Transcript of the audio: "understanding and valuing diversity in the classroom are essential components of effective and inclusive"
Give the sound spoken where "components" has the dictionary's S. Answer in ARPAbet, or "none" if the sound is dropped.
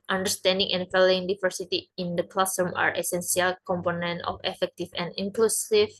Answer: none